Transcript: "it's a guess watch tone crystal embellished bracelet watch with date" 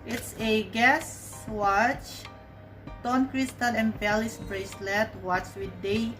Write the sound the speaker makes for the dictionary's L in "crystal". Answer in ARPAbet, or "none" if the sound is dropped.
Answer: N